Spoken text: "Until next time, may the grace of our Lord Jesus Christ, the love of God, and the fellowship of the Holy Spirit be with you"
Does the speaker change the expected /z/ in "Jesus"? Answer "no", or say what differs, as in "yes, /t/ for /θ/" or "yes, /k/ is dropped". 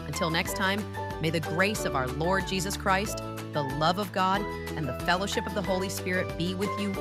no